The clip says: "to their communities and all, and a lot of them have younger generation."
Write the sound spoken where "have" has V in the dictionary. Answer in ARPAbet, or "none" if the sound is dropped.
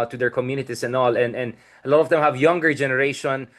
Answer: V